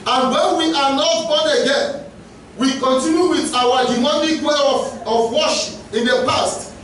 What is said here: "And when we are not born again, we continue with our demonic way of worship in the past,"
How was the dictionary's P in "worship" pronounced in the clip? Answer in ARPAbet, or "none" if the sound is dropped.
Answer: none